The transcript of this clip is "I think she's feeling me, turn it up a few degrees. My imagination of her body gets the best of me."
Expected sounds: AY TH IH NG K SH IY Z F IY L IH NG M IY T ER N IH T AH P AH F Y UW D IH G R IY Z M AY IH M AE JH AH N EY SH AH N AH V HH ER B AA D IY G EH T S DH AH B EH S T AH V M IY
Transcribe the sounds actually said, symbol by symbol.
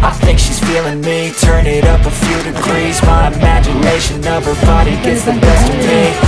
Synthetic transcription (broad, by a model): AY TH IH NG K SH IY Z F IY L IH NG M IY T ER N IH T AH P AH F Y UW D IH G R IY Z M AY IH M AE JH AH N EY SH AH N AH V ER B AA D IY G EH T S DH AH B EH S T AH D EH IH